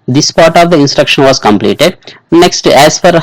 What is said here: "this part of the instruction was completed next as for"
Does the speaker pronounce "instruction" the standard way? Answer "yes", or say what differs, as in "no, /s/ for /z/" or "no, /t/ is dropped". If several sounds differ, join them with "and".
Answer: yes